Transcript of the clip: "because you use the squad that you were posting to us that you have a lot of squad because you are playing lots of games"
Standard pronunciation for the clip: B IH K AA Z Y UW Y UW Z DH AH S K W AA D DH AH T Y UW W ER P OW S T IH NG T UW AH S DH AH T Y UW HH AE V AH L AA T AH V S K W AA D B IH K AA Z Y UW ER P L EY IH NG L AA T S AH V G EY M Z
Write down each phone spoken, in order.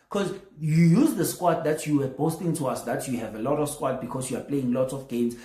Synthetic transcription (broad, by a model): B K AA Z Y UW Y UW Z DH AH S K W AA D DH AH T Y UW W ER B OW S T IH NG T UW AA S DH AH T Y UW HH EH V AH L AA T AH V S K W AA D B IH K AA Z Y UW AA P L EY IH NG L AA T S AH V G EY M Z